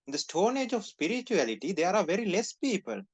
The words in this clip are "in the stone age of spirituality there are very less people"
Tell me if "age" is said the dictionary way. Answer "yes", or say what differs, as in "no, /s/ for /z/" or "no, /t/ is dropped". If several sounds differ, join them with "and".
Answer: yes